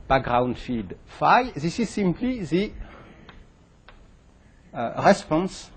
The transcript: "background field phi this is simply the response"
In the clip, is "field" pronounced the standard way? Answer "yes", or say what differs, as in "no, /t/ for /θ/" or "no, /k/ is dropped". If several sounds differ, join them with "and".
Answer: no, /l/ is dropped